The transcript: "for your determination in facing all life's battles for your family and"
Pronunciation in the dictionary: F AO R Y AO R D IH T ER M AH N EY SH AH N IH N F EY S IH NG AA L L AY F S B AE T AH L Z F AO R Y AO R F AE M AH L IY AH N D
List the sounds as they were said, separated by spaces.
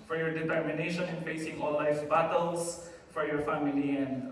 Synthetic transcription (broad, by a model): F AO R Y AO R D IH T ER M AH N EY SH AH N IH N F EY S IH NG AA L L AY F B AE T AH L S F AO R Y AO R F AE M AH L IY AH N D